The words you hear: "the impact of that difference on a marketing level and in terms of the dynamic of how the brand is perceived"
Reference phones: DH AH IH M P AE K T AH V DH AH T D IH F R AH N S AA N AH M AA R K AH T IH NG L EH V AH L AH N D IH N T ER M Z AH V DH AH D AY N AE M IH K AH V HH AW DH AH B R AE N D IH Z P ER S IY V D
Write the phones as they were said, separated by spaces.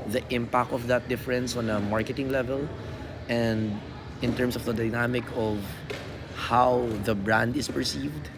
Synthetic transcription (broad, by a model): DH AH IH M P AE K T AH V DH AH T D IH F R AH N S AA N AH M AA R K AH T IH NG L EH V AH L AH N D IH N T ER M S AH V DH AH D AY N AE M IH K AH V HH AW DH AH B R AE N D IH S P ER S IY V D